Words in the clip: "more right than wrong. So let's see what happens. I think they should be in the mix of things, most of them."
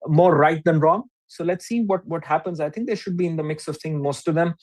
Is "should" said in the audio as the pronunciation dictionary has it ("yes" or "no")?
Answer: yes